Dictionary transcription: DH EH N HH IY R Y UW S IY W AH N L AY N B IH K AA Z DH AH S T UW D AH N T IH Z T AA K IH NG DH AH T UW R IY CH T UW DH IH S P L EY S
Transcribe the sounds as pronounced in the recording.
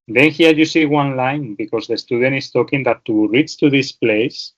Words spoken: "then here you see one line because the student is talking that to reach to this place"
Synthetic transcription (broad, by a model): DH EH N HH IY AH Y UW S IY W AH N L AY N B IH K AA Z DH AH S T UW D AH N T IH S T AA K IH NG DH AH T UW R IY S T UW DH IH S P L EY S